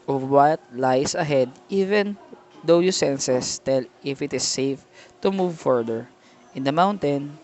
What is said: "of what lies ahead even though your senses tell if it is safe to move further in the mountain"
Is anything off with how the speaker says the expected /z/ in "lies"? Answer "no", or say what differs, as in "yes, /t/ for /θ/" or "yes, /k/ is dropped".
yes, /s/ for /z/